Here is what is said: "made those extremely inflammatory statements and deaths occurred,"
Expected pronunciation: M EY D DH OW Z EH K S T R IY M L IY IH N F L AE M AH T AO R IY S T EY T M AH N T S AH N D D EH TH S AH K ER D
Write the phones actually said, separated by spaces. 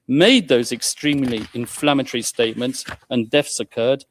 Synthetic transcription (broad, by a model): M EY D DH OW Z EH K S T R IY M L IY IH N F L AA M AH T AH R IY S T EY T M AH N T S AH N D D EH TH S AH K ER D